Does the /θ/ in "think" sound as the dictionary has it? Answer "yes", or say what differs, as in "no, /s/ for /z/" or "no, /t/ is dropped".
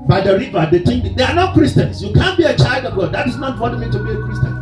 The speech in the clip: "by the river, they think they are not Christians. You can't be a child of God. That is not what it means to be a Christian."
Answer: no, /t/ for /θ/